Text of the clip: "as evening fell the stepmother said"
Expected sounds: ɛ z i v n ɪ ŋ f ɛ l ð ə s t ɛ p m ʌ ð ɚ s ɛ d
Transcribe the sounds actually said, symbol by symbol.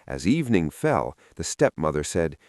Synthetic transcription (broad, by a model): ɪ z i v n ɪ ŋ f ɛ l ð ə s t ɛ p m ʌ ð ɚ s ɛ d